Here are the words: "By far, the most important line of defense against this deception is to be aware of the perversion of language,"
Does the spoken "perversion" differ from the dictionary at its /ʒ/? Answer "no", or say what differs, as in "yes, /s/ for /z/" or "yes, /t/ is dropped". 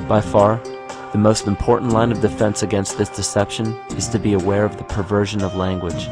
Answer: no